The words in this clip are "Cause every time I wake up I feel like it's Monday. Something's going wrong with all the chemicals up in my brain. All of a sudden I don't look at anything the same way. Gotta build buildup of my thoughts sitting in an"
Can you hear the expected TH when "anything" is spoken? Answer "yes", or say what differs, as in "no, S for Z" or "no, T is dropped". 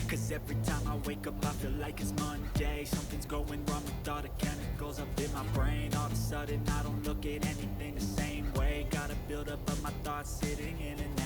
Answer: yes